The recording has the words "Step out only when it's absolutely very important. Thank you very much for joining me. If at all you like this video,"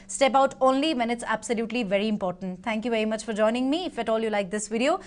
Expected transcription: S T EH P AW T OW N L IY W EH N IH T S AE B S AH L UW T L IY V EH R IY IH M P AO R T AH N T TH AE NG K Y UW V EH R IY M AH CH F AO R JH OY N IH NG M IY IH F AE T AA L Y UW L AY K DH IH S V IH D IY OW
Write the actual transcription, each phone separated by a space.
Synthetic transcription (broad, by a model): S T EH P AW T OW N L IY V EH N IH T S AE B S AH L UW T L IY V EH R IY IH M P AO R T AH N T T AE NG K Y UW V EH R IY M AH CH F AO R JH OY N IH NG M IY IH F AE T AA L Y UW L AY K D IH S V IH D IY OW